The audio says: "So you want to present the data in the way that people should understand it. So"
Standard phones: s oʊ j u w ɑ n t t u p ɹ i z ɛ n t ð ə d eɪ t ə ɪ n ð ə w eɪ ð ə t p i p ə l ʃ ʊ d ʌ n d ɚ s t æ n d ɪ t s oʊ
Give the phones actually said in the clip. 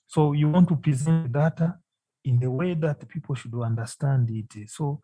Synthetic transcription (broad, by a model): s oʊ j u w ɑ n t t u p ɹ i z ɛ n t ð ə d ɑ t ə ɪ n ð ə w eɪ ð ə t p i p ə l ʃ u d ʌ n d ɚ s t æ n d ɪ t s oʊ